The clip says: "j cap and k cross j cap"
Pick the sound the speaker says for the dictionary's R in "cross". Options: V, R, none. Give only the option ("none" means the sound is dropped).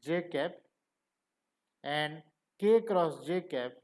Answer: R